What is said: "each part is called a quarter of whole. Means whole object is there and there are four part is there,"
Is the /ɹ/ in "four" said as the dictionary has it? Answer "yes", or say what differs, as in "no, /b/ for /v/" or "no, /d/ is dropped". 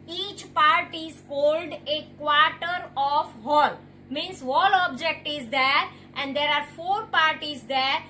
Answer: yes